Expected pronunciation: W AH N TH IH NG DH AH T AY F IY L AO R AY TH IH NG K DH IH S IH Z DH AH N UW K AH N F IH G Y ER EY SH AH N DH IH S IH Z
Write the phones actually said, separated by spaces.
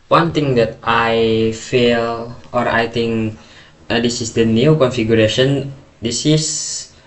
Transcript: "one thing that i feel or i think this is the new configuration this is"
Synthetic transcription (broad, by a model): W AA N T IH NG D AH T AY F IY L AO R AY T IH NG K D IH S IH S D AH N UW K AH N F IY G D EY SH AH N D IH S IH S